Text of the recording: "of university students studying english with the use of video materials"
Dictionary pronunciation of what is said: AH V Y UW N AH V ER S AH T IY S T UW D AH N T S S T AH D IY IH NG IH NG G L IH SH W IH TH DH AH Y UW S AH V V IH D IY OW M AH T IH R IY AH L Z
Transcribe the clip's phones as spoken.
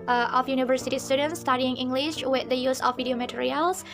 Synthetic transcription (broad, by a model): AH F Y UW N AH V ER S AH T IY S T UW D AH N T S S T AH D IY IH NG IH NG G L IH SH W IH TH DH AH Y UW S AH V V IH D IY OW M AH T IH R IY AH L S